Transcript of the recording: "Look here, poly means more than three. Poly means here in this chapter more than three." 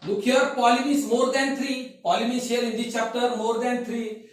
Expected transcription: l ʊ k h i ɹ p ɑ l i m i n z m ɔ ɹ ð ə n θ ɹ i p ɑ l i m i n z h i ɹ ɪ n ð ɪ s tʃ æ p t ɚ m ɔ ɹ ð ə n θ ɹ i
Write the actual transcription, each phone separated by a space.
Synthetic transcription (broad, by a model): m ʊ k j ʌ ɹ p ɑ l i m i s m ɔ ɹ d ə n t ɹ i p ɑ l i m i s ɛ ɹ ɪ n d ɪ tʃ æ p t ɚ m ɔ ɹ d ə n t ɹ i